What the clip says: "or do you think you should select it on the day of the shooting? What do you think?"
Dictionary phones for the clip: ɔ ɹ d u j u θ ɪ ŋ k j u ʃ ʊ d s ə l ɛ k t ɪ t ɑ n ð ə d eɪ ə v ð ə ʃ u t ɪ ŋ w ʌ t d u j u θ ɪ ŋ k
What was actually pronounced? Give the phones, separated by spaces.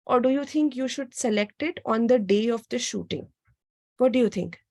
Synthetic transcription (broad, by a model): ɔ ɹ d u j u t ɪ ŋ k j u ʃ ʊ d s ə l ɛ k t ɪ t ɑ n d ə d eɪ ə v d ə ʃ u t ɪ ŋ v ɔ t d u j u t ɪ ŋ k